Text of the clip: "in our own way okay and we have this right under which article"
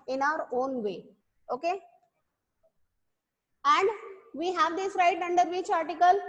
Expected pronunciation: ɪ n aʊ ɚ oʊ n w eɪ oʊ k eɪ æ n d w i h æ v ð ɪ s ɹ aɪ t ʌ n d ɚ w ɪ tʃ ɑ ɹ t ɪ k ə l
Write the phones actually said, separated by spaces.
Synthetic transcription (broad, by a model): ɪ n aʊ ɚ oʊ n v eɪ oʊ k eɪ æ n d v i h æ v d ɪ s ɹ aɪ t ʌ n d ɚ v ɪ tʃ ɑ ɹ t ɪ k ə l